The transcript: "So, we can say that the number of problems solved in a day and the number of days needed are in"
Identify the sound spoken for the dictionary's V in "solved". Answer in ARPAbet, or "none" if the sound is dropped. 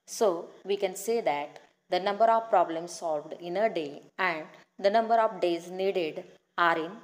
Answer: V